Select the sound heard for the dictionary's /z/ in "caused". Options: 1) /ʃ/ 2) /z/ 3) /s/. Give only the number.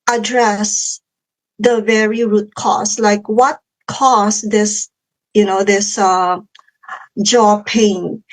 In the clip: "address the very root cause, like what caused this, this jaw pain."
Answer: 3